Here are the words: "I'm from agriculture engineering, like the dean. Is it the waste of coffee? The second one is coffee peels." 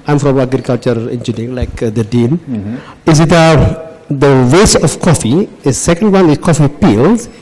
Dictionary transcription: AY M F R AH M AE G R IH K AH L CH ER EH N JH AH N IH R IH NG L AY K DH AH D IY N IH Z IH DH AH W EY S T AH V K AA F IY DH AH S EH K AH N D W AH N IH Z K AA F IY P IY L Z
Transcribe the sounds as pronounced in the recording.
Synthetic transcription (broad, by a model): AY M F R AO M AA G R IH K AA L CH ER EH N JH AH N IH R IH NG L AY K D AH D IY N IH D IH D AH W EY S AH F K AA F IY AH S EH K AH N D W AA N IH K AA F IY P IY L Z